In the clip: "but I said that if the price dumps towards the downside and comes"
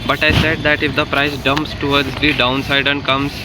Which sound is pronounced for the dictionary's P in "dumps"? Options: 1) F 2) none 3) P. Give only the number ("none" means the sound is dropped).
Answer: 3